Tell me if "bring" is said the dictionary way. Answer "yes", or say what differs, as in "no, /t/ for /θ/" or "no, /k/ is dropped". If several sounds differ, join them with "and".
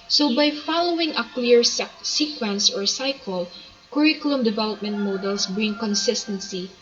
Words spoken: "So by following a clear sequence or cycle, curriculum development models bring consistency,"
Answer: yes